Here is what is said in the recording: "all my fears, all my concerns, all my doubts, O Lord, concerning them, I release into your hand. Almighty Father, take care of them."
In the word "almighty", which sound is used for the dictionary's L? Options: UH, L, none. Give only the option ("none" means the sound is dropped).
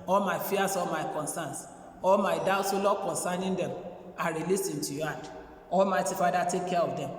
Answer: L